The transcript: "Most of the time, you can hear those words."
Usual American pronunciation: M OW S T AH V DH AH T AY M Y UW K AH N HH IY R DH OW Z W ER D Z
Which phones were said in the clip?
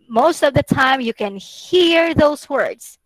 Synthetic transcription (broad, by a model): M OW S T AH V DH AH T AY M Y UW K AH N HH IY R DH OW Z W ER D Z